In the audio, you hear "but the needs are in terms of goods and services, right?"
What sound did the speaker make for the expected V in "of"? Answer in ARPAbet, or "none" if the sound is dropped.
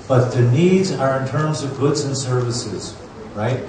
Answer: V